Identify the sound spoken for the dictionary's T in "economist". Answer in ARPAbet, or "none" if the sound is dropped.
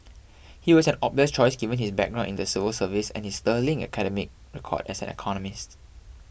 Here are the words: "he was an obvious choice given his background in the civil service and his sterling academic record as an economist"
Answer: T